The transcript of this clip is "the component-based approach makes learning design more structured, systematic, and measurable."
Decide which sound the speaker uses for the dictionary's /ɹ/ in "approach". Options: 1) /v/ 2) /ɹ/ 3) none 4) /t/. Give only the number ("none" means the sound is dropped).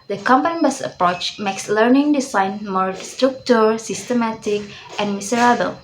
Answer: 2